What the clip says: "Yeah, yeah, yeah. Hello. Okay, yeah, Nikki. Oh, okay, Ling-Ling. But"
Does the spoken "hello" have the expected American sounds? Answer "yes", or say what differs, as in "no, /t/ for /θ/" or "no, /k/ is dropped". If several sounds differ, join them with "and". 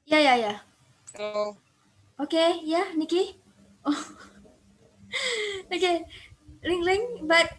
no, /l/ is dropped